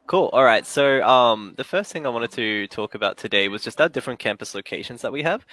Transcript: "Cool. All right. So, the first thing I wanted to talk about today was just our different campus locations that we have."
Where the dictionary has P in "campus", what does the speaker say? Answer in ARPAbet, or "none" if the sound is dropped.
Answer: P